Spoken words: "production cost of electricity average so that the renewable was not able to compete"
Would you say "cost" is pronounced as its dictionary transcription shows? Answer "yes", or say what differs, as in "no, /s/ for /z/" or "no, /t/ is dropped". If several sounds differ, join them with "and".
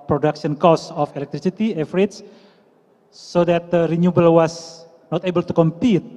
no, /t/ is dropped